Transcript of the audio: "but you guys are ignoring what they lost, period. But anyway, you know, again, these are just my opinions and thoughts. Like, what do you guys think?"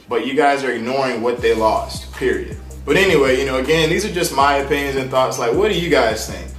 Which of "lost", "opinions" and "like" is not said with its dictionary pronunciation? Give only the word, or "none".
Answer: none